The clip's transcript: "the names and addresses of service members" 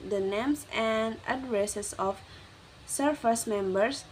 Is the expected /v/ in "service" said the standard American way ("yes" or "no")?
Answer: no